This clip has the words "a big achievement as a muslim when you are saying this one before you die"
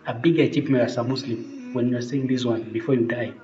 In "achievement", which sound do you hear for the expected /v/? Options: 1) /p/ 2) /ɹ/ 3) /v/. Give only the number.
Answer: 1